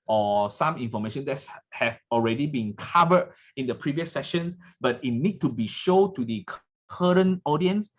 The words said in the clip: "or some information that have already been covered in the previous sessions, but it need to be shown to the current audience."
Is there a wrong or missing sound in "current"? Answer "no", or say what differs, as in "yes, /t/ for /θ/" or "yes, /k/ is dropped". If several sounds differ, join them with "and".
yes, /t/ is dropped